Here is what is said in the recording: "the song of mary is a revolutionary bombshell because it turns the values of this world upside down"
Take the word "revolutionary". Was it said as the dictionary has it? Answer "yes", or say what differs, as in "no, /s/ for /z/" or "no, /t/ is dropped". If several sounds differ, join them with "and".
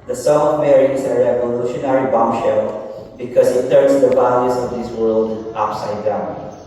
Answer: yes